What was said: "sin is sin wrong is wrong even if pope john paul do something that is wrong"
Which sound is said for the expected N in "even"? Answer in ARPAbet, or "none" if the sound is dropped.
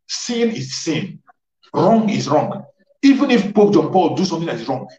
N